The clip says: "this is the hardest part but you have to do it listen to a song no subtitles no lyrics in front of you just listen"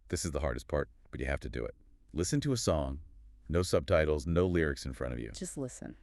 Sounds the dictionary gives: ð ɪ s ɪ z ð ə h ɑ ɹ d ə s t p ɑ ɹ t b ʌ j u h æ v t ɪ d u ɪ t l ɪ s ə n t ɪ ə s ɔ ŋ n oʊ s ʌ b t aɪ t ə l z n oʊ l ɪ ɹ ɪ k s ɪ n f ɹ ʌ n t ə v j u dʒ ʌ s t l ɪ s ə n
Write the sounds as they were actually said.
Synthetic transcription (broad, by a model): ð ɪ s ɪ z ð ə h ɑ ɹ d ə s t p ɑ ɹ t b ʌ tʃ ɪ h æ f t ɪ d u ɪ t l ɪ s ə n t ɪ ə s ɔ ŋ n oʊ s ʌ b t aɪ t l z n oʊ l ɪ ɹ ɪ k s ɪ n f ɹ ʌ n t ə v j u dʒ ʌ s t l ɪ s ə n